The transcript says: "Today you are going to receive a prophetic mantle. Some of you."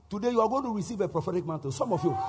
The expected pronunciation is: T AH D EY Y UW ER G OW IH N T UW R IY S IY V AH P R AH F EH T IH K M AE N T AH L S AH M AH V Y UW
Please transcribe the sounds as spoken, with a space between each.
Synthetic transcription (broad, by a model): T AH D EY Y UW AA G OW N T UW R IY S IY V AH P R AH F EH T IH K M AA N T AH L S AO M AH F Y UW